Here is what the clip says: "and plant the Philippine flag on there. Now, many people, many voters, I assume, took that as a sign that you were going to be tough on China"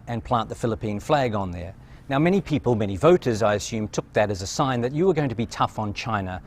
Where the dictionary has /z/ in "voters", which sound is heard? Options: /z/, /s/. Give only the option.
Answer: /z/